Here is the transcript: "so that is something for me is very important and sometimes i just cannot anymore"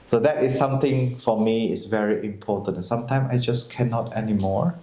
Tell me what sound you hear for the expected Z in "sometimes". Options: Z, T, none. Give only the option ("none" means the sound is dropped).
none